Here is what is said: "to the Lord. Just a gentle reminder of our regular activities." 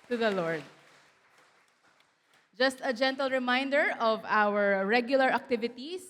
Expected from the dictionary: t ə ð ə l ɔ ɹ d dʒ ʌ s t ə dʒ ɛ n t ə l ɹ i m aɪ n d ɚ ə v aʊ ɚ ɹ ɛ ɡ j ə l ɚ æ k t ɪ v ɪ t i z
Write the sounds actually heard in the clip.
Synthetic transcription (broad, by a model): t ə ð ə l ɔ ɹ d dʒ ʌ s t ə dʒ ɛ n t ə l ɹ i m aɪ n d ɚ ə v aʊ ɚ ɹ ɛ ɡ j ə l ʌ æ k t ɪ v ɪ t i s